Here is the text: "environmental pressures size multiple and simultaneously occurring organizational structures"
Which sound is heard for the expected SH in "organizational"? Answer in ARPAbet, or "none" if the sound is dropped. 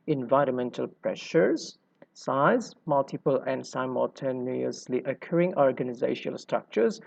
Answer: none